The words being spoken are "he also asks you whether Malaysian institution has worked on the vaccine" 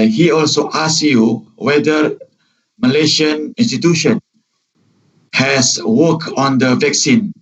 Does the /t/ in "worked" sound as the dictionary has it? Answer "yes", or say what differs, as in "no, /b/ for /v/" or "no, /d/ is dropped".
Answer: no, /t/ is dropped